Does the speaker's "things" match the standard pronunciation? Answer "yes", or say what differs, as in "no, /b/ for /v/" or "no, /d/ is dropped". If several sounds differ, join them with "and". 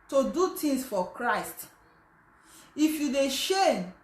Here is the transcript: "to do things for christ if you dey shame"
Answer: no, /t/ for /θ/ and /s/ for /z/